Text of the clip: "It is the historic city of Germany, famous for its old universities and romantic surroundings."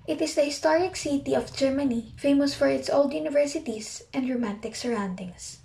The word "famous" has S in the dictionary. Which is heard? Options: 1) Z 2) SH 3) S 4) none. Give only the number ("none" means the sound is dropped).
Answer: 3